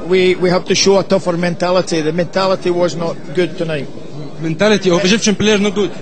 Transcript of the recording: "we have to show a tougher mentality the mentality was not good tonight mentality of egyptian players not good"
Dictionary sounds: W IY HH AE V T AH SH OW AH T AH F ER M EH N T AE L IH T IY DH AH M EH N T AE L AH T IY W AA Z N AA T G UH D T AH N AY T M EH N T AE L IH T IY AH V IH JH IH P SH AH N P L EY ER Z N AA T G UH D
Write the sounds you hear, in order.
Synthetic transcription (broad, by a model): W IY HH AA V T AH SH OW AH T AH F ER M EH N T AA L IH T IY DH AH M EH N T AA L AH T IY W AA Z N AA T G UH D T AH N AY T M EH N T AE L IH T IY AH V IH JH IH P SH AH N P L EY ER Z N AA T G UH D